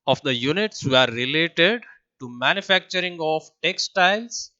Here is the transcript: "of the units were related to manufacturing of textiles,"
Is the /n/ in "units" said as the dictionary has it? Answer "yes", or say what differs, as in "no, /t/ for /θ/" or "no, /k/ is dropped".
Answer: yes